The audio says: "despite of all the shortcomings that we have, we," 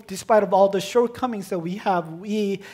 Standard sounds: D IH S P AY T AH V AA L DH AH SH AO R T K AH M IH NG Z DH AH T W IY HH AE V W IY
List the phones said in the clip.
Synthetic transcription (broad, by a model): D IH S P AY T AH V AA L DH AH SH AO R T K AH M IH NG Z DH AH T W IY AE V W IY